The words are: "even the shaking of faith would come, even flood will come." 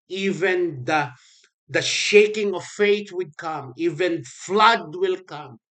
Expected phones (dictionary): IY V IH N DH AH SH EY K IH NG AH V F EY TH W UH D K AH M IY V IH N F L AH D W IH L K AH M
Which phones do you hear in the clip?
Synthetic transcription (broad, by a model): IY V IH N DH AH SH EY K IH NG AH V F EY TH W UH D K AH M IY V IH N F L AH D W IH L K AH M